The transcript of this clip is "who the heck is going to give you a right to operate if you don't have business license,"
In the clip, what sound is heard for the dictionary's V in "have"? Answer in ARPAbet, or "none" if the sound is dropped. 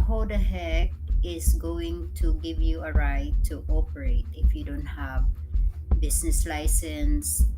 V